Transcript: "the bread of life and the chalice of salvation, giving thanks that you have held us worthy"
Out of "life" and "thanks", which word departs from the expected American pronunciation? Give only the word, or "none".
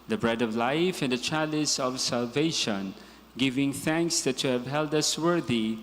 none